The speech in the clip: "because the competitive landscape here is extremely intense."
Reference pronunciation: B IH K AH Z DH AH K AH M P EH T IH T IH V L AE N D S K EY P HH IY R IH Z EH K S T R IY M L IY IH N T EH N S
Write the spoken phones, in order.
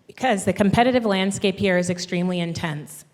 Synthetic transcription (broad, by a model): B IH K AH Z DH AH K AH M P EH T IH T IH V L AE N D S K EY P HH IY R IH Z EH K S T R IY M L IY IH N T EH N S